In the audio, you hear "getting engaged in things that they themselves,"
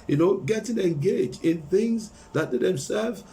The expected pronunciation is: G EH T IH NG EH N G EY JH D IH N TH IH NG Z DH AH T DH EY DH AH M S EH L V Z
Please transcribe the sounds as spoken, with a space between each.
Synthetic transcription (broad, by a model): G EH T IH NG EH N G EY JH D IH N TH IH NG Z DH AH T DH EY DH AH M S EH L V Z